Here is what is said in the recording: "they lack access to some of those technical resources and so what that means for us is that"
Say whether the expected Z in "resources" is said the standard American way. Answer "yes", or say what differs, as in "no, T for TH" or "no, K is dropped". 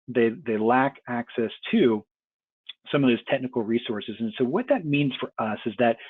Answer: yes